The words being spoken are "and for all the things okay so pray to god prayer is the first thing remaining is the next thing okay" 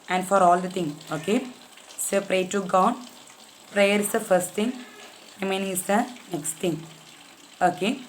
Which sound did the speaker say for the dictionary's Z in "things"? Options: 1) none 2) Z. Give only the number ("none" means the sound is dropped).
1